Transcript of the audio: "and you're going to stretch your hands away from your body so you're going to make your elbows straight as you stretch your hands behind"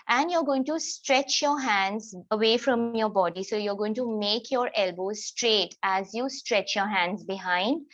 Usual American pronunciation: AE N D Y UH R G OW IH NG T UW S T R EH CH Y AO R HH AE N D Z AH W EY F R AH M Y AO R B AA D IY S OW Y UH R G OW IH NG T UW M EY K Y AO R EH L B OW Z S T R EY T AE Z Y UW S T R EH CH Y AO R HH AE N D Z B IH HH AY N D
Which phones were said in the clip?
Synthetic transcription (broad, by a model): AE N D Y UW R G OW IH NG T UW S T R EH CH Y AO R HH AE N D Z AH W EY F R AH M Y AO R B AA D IY S OW Y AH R G OW IH NG T UW M EY K Y AO R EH L B OW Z S T R EY T AE Z Y UW S T R EH CH Y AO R HH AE N D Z B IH HH AY N D